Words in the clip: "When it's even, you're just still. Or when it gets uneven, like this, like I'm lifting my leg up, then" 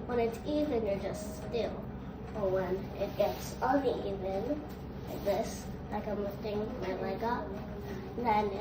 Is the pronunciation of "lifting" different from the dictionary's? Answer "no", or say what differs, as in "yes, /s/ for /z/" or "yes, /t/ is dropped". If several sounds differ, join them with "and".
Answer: yes, /w/ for /l/